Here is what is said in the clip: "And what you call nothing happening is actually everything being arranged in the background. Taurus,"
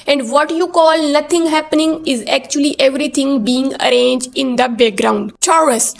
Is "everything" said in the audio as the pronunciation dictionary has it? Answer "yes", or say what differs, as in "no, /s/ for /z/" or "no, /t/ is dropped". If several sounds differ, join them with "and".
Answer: no, /t/ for /θ/